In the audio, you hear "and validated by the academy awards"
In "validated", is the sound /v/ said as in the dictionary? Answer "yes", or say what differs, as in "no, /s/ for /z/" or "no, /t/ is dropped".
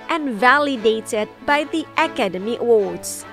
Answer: yes